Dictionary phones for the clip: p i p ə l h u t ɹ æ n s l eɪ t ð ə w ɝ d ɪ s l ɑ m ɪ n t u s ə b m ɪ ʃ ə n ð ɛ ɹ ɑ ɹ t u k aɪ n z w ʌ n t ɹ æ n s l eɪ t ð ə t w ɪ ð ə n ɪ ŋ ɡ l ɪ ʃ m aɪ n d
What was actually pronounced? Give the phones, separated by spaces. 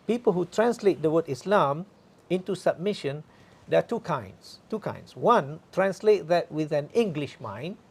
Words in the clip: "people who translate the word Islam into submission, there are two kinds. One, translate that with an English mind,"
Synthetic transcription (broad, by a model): p i p ə l h u t ɹ æ n s l eɪ t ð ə w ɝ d ɪ s l ɑ m ɪ n t u s ə b m ɪ ʃ ə n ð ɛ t ɑ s t u k aɪ n s w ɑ n t ɹ æ n s l eɪ t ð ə t w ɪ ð ə n ɪ ŋ ɡ l ɪ ʃ m aɪ n